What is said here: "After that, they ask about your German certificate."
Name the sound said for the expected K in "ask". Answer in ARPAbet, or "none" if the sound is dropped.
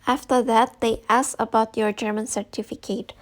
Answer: none